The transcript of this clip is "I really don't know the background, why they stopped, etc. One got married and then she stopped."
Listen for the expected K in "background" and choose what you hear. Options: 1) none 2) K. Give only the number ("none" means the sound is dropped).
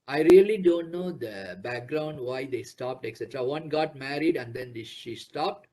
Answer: 2